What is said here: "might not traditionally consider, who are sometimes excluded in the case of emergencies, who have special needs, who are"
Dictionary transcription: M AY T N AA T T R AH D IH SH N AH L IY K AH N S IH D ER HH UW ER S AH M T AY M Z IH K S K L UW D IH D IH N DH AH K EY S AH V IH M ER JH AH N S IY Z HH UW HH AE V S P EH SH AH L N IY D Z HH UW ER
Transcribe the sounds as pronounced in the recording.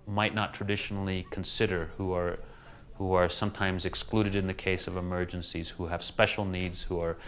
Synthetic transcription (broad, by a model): M AY T N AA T T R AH D IH SH N L IY K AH N S IH D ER HH UW ER S AH M T AY M Z IH K S K L UW D IH D IH N DH AH K EY S AH V IH M ER JH AH N S IY Z HH UW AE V S P EH SH L N IY D Z HH UW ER